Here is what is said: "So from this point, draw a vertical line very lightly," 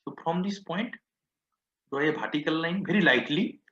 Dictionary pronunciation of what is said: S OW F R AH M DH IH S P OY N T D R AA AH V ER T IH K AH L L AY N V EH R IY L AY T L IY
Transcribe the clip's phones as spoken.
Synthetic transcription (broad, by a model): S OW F R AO M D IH S P OY N T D AA AH B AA T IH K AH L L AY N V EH R IY L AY T L IY